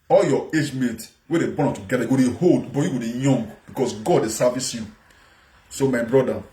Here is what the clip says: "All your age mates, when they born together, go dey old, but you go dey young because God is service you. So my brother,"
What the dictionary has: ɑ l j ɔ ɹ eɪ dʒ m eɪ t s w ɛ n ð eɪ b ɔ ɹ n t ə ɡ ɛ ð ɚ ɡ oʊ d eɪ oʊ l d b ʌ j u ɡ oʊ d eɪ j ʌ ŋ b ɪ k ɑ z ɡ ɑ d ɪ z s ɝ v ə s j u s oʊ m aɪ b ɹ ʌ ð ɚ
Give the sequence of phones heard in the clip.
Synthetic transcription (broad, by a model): ɑ l j ɔ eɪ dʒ m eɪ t w ɛ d eɪ b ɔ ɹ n t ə ɡ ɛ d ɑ ɡ oʊ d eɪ oʊ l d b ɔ j u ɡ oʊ d eɪ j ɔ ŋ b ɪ k ɑ s ɡ ɑ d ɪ s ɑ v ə s j u s oʊ m aɪ b ɹ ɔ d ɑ